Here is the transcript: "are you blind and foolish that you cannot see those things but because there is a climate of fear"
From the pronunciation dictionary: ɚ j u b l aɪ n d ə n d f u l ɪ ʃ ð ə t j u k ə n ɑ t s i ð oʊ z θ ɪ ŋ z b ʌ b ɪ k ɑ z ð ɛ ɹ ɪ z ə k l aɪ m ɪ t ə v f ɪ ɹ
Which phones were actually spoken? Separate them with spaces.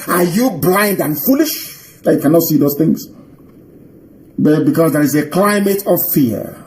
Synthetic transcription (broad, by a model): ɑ j u b l aɪ n d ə n f u l ɪ ʃ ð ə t j u k ə n ɑ t s i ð oʊ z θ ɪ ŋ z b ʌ b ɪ k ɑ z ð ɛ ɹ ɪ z ə k l aɪ m ɪ t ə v f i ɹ